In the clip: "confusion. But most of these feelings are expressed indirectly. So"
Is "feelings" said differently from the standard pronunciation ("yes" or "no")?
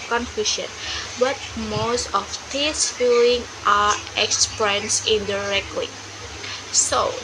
yes